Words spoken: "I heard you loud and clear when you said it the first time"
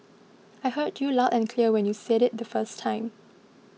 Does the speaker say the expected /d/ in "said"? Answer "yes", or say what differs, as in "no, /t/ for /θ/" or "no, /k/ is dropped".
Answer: yes